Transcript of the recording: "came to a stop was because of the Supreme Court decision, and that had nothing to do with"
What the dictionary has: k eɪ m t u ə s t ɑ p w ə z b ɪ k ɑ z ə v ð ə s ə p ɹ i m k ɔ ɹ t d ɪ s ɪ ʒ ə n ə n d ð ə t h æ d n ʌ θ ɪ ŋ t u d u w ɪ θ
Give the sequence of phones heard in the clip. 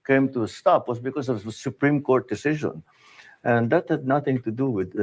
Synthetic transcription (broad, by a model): k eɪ m t u ə s t ɑ p w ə s b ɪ k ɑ s ə v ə s ə p ɹ i m k ɔ ɹ t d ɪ s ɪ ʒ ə n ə n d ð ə t h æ d n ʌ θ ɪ ŋ t u d u w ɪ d